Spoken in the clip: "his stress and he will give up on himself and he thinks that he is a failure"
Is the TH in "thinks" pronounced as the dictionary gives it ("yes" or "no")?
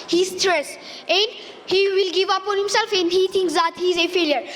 no